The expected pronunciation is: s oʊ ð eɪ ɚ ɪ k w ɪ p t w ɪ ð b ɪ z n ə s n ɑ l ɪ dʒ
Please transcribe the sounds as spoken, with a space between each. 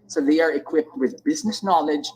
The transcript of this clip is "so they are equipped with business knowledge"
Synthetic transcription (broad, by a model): s oʊ ð eɪ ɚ ɪ k w ɪ p t w ɪ ð b ɪ z n ə s n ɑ l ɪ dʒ